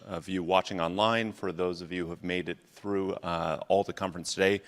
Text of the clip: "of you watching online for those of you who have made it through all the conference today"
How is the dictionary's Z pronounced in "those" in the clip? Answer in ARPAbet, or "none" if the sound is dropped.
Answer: Z